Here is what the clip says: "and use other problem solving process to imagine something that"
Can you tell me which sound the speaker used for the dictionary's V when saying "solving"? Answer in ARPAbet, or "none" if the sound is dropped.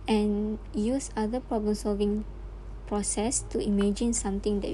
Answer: V